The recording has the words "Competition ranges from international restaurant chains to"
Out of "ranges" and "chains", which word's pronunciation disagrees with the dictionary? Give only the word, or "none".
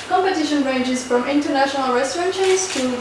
chains